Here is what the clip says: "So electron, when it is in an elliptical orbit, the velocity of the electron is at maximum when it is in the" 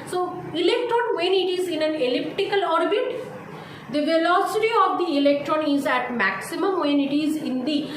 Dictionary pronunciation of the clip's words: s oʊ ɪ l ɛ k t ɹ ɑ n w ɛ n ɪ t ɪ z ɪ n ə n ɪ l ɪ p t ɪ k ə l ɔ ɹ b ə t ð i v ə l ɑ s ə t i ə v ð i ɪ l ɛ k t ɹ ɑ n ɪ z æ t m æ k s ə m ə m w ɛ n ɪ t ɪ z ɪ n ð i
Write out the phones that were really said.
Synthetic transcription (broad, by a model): s oʊ ɪ l ɛ k t ɹ ɑ n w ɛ n ɪ t ɪ z ɪ n ə n ɪ l ɪ p t ɪ k ə l ɔ ɹ b ə t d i v ə l ɑ s ə t i ə v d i ɪ l ɛ k t ɹ ɑ n ɪ z æ t m æ k s ə m ə m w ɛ n ɪ t ɪ z ɪ n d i